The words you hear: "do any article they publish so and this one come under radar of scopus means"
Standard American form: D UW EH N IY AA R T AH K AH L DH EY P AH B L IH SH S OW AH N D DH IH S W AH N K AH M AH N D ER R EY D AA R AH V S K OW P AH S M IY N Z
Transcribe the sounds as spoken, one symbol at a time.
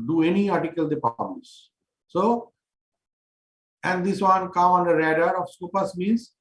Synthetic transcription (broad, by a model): D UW EH N IY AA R T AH K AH L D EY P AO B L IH S S OW AH N D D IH S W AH N K AH M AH N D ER R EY D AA R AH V S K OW P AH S M IY N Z